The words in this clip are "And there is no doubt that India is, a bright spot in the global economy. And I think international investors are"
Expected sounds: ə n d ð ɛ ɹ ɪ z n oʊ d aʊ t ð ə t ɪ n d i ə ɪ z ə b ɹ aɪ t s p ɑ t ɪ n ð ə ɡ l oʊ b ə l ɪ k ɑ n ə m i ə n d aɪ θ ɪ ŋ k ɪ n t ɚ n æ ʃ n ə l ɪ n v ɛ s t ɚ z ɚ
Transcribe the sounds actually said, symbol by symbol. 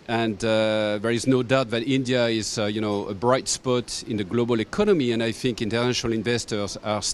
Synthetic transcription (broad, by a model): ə n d ð ɛ ɹ ɪ z n oʊ d aʊ t ð ə t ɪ n d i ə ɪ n ə b ɹ aɪ t s p ɑ t ɪ n ð ə ɡ l oʊ b ə l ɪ k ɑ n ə m i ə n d aɪ θ ɪ ŋ k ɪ n t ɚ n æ ʃ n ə l ɪ n v ɛ s t ɚ z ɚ